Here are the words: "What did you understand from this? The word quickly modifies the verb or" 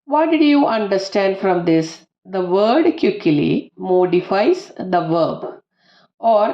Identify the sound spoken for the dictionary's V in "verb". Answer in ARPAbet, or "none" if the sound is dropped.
V